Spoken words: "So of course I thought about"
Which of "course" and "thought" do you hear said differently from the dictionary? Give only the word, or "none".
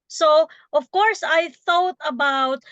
none